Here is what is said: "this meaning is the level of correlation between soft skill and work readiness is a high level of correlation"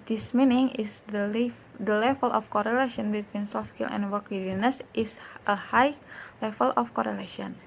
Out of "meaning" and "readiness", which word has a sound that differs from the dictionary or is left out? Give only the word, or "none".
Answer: readiness